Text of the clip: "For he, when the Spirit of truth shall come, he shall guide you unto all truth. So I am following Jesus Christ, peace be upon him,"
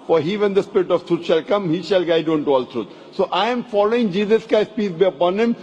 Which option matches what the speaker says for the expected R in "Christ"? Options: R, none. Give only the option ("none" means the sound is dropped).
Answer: none